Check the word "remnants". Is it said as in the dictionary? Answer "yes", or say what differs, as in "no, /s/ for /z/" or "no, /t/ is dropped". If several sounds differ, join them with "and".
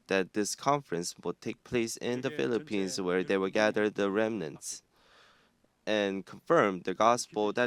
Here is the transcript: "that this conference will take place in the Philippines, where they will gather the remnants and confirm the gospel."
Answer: yes